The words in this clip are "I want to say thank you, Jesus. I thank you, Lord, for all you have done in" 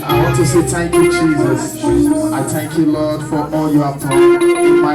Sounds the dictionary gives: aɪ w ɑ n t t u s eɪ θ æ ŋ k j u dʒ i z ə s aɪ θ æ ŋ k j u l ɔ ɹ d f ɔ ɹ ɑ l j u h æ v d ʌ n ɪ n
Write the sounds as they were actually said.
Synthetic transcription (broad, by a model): aɪ w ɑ n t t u s eɪ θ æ ŋ k j u dʒ i z ə s aɪ θ æ ŋ k j u l ɔ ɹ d f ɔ ɹ ɑ l j u h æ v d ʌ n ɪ